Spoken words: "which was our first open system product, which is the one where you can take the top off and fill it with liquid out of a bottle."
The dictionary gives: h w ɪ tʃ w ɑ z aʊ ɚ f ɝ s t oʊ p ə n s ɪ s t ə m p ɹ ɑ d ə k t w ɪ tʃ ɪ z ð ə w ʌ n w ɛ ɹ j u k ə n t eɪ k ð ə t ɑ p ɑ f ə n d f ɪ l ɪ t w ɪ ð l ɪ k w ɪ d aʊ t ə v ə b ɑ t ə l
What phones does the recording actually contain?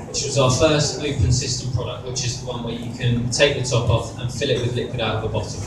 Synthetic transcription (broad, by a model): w w ɪ tʃ w ɑ z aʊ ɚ f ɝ s t oʊ p ə n s ɪ s t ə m p ɹ ɑ d ə k t w ɪ tʃ ɪ z ð ə w ʌ n w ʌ j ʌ k ə n t eɪ k ð ə t ɑ p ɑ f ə n f ɪ l ɪ t w ɪ ð l ɪ k w ɪ d aʊ t ə v ə b ɑ t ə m